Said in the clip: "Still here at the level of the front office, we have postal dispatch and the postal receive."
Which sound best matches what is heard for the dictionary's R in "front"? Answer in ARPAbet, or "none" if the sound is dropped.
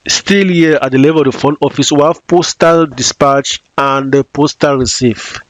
none